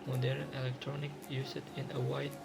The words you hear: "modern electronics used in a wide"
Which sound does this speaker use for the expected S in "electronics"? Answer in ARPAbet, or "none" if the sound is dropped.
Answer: none